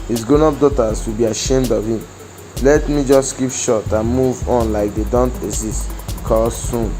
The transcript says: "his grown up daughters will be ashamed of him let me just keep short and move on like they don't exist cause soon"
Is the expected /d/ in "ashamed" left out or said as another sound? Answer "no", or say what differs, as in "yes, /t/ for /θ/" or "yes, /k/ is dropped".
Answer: no